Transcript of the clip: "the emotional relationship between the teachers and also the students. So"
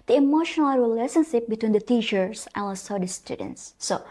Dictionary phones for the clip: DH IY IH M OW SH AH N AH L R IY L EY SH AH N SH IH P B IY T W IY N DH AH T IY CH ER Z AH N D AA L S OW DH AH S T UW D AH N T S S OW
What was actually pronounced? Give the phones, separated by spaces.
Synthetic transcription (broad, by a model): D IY IH M OW SH AH N AH L R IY L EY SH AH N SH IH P B IY T W IY N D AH T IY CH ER S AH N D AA S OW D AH S T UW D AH N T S S OW